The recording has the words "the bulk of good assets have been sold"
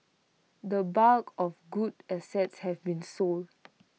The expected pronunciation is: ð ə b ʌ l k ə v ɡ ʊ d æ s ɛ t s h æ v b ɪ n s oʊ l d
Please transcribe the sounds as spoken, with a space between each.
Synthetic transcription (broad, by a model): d ə b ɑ k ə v ɡ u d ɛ s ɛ t s h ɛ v b ɪ n s oʊ l d